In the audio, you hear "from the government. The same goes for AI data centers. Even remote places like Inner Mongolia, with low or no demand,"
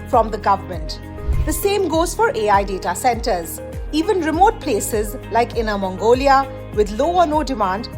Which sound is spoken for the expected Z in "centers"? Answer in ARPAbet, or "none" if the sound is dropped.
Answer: Z